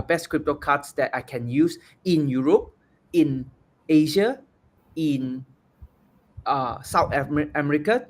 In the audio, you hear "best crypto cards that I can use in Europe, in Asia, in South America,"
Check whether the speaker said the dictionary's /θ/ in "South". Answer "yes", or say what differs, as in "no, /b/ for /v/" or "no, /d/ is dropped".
no, /t/ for /θ/